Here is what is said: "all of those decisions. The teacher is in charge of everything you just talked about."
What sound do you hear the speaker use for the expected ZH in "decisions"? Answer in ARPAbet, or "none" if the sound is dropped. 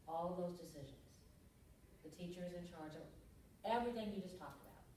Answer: ZH